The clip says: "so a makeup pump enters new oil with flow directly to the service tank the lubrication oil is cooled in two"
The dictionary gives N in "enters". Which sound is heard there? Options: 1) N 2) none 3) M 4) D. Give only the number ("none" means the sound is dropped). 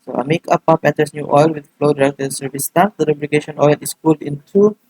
2